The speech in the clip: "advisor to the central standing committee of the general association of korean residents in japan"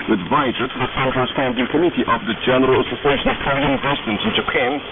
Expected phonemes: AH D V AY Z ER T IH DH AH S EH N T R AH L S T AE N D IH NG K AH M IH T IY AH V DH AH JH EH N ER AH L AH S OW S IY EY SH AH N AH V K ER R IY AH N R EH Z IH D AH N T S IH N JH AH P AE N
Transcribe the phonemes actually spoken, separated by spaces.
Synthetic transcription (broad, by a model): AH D V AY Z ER T IH DH AH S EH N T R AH N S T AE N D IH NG K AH M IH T IY AH V DH AH JH EH N ER AH L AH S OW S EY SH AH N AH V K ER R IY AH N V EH S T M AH N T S IH N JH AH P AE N